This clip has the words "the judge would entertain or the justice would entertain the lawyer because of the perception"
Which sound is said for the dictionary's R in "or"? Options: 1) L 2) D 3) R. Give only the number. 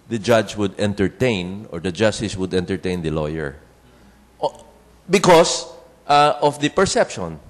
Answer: 3